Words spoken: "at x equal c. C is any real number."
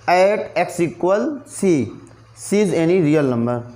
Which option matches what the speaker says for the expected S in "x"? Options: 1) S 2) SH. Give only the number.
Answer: 1